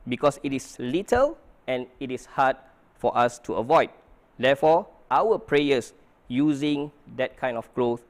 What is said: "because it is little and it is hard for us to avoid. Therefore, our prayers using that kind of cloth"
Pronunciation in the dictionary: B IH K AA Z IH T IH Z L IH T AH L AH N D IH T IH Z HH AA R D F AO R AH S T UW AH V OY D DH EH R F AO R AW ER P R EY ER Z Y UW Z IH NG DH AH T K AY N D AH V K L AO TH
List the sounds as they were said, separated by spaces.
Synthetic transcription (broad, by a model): B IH K AA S IH T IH S L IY T AH L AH N IH T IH S HH AA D F AO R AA S T UW AH V OY D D EH F AO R AW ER P R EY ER S Y UW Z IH NG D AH T K AY N D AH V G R AO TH